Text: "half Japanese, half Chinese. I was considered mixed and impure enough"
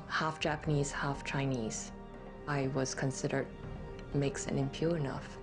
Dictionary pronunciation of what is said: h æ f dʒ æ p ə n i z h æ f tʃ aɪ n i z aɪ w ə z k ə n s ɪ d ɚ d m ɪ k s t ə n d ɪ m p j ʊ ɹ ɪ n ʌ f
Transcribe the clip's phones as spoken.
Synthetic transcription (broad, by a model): h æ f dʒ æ p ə n i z h æ f tʃ aɪ n i z aɪ w ə z k ə n s ɪ d ɚ d m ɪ k s ə n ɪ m p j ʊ ɹ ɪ n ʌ f